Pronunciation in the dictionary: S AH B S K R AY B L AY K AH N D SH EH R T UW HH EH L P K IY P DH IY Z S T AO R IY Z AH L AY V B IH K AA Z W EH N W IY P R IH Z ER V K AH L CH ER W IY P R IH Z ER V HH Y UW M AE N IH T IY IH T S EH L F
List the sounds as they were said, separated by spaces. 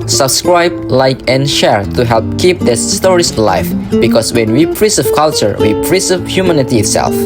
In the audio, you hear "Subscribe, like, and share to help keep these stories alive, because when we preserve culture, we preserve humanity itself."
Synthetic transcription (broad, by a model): S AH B S K R AY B L AY K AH N SH EH R T UW HH EH L P K IY P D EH S T AO R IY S L AY F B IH K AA S W EH N W IY P R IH S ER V K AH L CH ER W IY P R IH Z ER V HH Y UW M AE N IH T IY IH T S EH L F